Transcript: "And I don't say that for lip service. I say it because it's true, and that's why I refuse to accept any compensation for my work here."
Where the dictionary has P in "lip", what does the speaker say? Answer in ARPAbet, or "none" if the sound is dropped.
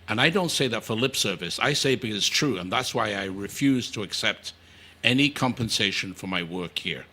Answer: P